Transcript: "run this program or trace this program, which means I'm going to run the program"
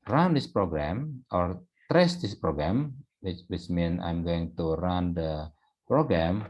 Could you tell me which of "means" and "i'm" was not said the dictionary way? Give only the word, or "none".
means